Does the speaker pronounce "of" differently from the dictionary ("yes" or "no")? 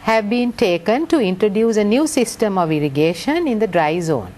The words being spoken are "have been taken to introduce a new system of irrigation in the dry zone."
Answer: no